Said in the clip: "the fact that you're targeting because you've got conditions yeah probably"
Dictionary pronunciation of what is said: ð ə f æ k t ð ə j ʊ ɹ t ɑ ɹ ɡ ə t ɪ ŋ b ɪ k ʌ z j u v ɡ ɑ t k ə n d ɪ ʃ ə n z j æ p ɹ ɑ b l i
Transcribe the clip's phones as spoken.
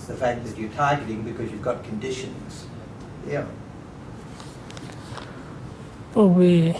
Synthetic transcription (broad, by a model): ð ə f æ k ð ə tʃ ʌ ɹ t ɑ ɹ ɡ ə t ɪ ŋ b ɪ k ʌ z j u v ɡ ɑ t k ə n d ɪ ʃ ə n z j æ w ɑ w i